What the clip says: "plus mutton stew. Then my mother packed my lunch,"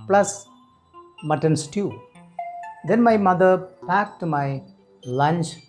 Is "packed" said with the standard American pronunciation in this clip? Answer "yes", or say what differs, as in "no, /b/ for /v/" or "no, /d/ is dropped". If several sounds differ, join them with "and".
yes